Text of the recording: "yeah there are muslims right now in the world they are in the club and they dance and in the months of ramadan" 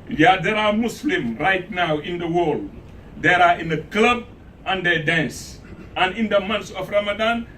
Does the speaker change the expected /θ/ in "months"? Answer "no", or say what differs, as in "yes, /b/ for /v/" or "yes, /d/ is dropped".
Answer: yes, /t/ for /θ/